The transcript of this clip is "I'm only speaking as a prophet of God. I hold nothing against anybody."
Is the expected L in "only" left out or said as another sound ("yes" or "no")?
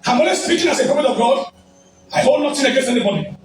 yes